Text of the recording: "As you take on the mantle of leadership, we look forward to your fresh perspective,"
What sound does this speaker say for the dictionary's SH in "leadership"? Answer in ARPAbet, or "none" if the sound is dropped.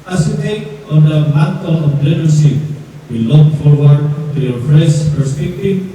S